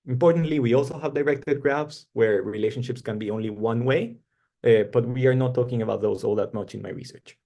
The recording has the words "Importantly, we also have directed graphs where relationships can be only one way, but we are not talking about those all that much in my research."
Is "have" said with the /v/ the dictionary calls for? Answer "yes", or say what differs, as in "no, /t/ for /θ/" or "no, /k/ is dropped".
yes